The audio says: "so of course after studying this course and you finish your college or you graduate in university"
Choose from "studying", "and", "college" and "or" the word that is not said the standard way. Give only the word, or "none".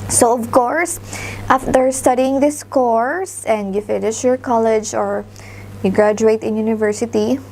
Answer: none